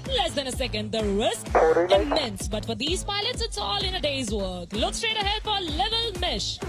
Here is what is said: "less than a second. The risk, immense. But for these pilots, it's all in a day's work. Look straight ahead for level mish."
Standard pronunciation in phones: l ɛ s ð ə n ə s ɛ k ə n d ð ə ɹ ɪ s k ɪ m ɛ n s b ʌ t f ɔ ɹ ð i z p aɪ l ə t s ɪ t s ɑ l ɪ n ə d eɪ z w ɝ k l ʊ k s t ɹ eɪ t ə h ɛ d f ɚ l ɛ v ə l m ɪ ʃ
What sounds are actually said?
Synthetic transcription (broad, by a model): l ɛ s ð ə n ə s ɛ k ə n d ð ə ɹ ɪ s k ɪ m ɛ n s b ʌ t f ɔ ɹ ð i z p aɪ l ə t s ɪ t s ɑ l ɪ n ə d eɪ z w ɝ k l ʊ k s t ɹ eɪ t ə h ɛ d f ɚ l ɛ v ə l m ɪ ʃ